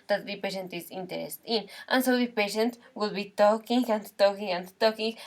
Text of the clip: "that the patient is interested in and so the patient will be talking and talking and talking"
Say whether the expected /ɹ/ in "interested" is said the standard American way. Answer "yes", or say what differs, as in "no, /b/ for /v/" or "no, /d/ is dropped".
no, /ɹ/ is dropped